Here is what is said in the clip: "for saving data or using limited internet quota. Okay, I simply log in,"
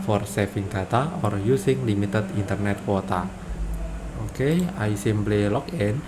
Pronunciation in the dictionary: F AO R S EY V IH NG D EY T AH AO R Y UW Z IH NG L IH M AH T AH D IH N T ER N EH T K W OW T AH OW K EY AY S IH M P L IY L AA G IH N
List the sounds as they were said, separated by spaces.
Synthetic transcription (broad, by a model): F AO R S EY F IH NG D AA T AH AO R Y UW S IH NG L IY M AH T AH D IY N T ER N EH T K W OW T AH OW K EY AY S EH M B L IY L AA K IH N